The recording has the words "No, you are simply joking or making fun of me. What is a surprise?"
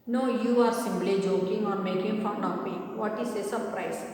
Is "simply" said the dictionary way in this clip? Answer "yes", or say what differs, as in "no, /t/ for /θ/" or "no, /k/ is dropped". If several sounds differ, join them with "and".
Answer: no, /b/ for /p/